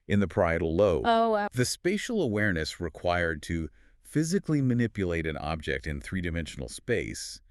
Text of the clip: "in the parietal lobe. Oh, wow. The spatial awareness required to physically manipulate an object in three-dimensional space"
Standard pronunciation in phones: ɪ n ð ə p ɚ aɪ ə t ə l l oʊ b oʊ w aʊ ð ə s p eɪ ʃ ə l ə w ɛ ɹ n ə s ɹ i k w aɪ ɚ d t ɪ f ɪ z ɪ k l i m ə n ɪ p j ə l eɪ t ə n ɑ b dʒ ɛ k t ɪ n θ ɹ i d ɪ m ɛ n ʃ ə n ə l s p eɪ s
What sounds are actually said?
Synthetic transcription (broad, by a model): ɪ n ð ə p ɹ aɪ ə t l l oʊ oʊ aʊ ð ə s p eɪ ʃ l ə w ɛ ɹ n ə s ɹ i k w aɪ ɚ d t ɪ f ɪ z ɪ k l i m ə n ɪ p j ə l eɪ t ə n ɑ b dʒ ɛ k t ɪ n θ ɹ i d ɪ m ɛ n ʃ n l s p eɪ s